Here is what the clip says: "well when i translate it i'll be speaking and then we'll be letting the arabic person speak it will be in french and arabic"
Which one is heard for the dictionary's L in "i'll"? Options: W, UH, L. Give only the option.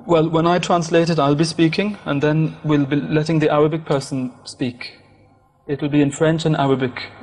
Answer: L